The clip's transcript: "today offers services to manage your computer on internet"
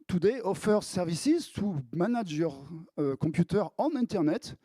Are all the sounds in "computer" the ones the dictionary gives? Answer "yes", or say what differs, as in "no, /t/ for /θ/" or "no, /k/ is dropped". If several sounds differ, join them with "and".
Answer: no, /m/ is dropped